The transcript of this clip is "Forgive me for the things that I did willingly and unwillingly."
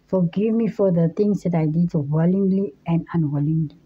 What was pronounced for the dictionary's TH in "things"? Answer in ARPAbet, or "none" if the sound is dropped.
T